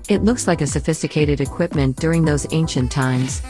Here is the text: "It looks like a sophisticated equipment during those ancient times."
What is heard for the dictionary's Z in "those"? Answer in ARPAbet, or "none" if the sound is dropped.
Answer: Z